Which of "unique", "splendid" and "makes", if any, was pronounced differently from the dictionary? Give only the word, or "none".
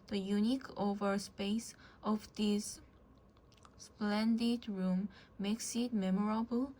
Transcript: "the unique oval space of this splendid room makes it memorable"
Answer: none